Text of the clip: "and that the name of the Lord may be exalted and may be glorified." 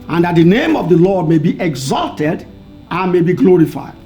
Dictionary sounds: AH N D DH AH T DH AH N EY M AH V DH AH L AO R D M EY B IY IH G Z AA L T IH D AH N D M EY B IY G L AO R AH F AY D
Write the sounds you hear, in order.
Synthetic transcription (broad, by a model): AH N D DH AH T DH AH N EY M AH V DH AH L AO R D M EY B IY IH G Z AA L T IH D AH N M EY B IY G L AO R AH F AY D